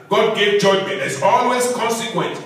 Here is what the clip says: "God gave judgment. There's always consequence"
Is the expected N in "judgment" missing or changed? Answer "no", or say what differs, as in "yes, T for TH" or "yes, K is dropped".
yes, N is dropped